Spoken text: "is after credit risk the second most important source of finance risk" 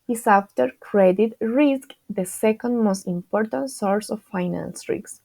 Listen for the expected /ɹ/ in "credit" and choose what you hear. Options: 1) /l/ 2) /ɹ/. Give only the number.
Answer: 2